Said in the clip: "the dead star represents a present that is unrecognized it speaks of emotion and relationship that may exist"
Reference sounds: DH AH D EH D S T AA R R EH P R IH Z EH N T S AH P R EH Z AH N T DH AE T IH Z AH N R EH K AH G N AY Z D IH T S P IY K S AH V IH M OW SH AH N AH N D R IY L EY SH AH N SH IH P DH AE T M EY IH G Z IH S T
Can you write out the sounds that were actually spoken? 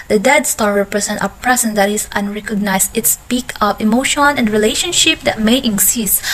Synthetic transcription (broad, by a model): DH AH D EH D S T AA R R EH P R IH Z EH N T AH P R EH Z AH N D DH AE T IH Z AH N R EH K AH G N AY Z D IH T S P IY K AH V IH M OW SH AH N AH N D R IY L EY SH AH N SH IH P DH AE T M EY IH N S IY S